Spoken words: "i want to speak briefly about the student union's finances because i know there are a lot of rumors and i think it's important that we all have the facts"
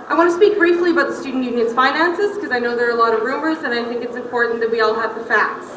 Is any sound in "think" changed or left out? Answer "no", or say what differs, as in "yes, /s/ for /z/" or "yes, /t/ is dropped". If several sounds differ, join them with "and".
no